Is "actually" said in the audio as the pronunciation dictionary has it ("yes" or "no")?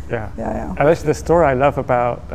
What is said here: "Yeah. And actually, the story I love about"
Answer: no